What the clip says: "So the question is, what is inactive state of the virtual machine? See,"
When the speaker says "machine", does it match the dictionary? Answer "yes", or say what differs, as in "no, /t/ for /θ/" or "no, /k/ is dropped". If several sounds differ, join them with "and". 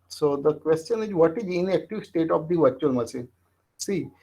no, /s/ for /ʃ/